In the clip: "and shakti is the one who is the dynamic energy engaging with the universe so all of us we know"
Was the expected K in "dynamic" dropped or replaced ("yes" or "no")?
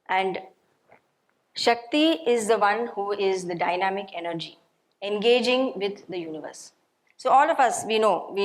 no